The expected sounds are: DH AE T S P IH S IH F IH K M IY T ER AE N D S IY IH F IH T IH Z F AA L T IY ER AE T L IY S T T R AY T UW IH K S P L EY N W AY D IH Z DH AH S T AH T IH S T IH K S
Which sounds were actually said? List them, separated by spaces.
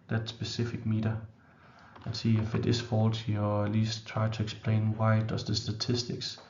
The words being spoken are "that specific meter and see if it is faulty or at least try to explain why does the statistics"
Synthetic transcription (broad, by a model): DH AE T S B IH S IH F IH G M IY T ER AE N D S IY IH F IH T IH S F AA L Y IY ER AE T L IY S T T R AY S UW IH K S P L EY N W AY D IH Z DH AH S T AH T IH S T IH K S